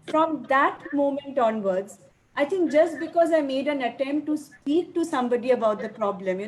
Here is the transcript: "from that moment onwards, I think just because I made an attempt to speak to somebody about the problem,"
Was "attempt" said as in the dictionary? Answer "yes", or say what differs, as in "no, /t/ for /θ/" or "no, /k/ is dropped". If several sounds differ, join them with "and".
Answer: yes